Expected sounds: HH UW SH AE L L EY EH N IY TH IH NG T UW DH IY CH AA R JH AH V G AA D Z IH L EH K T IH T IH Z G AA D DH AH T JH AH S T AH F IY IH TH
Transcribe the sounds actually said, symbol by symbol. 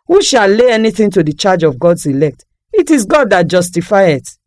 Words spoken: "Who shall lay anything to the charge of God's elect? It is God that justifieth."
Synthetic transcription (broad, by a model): HH UW SH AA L L EY EH N IY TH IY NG T UW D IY CH AA JH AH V G AA D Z IH L EH K T IH T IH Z G AA D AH T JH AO S T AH F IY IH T